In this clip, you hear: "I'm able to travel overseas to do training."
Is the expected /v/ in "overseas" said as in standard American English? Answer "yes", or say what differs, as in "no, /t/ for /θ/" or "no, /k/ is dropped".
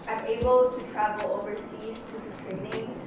yes